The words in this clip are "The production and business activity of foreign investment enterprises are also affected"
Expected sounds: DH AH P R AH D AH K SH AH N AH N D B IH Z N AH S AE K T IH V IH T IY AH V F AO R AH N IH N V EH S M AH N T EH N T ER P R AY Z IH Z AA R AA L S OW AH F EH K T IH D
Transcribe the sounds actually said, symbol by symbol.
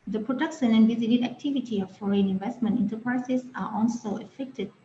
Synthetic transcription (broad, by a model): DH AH P R AH D AH K SH AH N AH N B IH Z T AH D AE K T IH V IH T IY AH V F AO R AH N IH N V EH S M AH N T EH N T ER P R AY S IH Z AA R AA L S OW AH F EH K T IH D